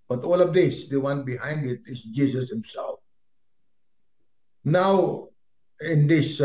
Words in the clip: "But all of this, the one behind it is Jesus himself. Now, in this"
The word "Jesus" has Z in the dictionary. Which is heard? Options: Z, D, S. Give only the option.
S